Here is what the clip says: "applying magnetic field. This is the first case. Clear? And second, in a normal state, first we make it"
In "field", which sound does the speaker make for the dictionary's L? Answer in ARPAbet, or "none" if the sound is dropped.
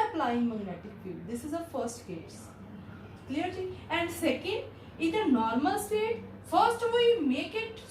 none